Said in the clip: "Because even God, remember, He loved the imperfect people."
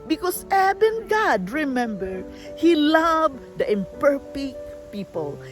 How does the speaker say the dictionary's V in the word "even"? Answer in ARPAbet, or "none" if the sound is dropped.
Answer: B